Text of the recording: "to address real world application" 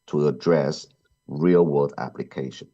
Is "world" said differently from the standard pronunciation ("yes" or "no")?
yes